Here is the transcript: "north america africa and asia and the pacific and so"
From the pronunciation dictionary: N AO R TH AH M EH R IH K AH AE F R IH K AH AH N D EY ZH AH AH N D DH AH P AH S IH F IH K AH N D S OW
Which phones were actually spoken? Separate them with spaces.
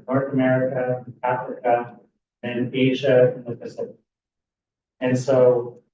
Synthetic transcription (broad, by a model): N AO R TH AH M EH R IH K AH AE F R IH K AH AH N EY ZH AH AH N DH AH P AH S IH P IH AH N S OW